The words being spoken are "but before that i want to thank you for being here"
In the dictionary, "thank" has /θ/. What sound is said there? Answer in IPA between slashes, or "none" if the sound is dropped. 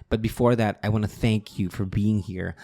/θ/